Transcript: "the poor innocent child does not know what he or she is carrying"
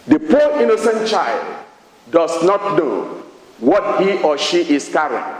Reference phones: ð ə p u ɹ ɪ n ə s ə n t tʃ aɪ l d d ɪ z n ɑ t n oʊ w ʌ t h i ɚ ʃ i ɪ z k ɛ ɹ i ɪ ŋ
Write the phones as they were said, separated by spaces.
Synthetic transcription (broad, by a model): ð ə p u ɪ n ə s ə n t tʃ aɪ l d d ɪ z n ɑ t n oʊ w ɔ t h i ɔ ʃ i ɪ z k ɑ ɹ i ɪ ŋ